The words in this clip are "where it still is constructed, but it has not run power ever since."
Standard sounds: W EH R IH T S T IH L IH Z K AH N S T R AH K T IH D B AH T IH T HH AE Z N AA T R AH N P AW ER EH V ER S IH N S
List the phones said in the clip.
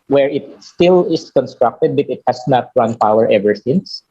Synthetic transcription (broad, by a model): W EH R IH T S T IH L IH S K AH N S T R AH K T IH D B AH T IH T HH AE S N AA T R AH N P AW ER EH V ER S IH N S